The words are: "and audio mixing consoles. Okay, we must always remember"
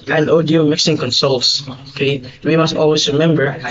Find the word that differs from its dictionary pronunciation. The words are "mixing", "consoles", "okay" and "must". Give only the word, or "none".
consoles